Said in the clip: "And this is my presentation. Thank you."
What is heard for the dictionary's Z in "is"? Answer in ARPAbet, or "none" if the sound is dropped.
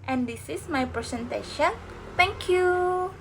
S